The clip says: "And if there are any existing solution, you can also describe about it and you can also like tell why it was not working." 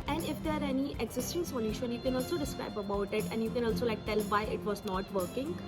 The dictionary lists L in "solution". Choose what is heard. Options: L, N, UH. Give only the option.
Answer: N